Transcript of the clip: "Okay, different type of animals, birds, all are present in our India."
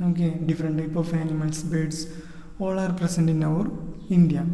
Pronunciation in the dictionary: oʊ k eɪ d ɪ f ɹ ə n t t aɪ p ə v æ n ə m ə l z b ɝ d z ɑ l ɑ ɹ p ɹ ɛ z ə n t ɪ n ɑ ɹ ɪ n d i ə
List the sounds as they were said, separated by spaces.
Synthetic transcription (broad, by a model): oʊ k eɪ d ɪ f ɹ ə n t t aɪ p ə f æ l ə m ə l s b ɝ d s ɑ l ɑ ɹ p ɹ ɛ s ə n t ɪ n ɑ ɹ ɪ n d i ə